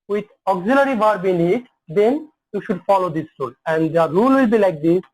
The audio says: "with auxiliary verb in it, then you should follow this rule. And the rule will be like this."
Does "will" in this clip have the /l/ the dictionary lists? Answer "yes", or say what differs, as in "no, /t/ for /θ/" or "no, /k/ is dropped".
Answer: yes